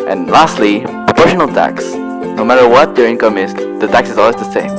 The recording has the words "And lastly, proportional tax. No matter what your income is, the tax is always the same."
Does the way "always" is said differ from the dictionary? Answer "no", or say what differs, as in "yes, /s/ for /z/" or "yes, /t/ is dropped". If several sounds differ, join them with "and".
no